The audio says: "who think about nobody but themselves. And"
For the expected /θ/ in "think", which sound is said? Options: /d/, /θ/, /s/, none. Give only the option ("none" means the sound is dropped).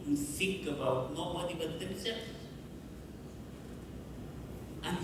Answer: /s/